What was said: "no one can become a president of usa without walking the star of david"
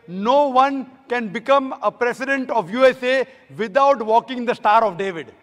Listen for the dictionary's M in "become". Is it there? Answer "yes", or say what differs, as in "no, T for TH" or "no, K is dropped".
yes